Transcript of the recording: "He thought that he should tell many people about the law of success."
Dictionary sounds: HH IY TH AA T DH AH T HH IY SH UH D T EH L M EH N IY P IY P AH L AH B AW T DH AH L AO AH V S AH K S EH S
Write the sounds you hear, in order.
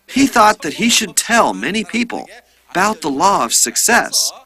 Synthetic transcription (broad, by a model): HH IY TH AA T DH AH T HH IY SH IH D T EH L M EH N IY P IY P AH L AH B AW T DH AH L AO AH V S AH K S EH S